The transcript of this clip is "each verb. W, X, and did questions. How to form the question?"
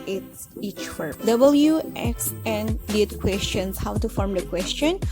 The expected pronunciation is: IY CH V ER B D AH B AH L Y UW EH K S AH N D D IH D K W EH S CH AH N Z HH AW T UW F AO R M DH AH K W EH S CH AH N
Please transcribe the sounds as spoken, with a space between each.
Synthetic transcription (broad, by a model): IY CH W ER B D AH B AH L Y UW EH K S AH N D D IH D K W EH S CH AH N S HH AW T UW F AO R M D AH K W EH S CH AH N